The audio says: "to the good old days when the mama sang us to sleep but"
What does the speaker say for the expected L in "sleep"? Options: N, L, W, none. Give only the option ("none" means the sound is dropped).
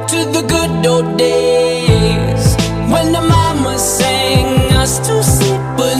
none